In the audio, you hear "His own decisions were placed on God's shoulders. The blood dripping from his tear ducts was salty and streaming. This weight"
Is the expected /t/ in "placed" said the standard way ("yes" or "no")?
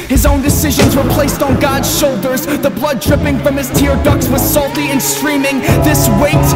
yes